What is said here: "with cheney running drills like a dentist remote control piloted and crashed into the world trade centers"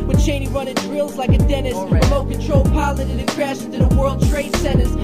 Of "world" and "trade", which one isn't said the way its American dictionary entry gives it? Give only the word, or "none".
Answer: none